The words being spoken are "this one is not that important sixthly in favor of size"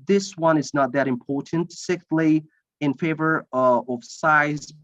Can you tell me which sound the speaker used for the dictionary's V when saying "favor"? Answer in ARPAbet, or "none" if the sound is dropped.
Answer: V